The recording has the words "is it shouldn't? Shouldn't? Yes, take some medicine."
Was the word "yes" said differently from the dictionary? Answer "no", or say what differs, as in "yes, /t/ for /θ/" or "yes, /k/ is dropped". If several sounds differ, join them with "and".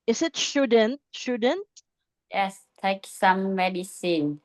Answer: no